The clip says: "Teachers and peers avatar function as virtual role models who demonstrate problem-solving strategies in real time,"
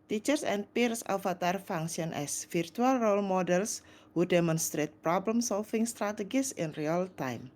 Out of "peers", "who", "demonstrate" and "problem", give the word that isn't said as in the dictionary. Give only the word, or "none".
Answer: peers